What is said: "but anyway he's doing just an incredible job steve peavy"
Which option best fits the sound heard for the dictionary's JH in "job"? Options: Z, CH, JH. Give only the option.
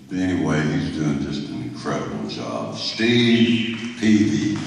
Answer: Z